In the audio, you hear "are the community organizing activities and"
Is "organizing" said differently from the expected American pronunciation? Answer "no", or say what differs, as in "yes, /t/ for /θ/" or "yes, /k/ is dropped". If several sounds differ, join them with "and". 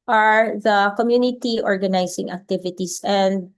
yes, /s/ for /z/